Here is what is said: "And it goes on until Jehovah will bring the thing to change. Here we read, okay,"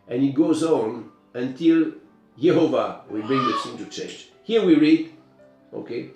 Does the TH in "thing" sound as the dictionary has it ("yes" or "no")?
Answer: no